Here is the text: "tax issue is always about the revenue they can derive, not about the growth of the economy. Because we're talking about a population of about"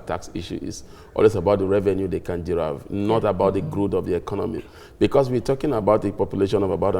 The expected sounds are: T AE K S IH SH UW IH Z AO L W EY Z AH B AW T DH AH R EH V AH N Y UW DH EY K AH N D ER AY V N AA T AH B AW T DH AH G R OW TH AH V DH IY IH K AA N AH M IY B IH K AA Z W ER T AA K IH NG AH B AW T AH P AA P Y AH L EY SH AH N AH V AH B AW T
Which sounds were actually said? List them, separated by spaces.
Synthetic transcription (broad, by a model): T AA K S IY SH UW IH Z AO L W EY S AH B AW T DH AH R EH V AH N Y UW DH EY K AH N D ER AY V N AA T AH B AW T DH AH G R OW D AH V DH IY IH K AA N AH M IY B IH K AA S W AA T AA K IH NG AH B AW T AH P AA P Y AH L EY SH AH N AH V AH B AW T